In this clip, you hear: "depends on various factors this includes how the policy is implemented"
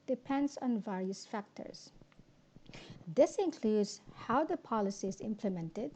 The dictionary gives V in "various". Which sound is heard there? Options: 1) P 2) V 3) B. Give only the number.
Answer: 2